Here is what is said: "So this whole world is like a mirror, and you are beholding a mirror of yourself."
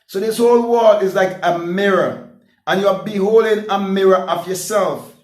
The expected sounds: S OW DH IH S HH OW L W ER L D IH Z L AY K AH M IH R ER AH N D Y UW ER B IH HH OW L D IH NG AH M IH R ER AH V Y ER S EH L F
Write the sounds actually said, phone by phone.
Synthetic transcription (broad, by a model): S OW DH IH S HH OW L W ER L IH Z L AY K AH M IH R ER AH N Y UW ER B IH HH OW L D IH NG AH M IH R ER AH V Y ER S EH L F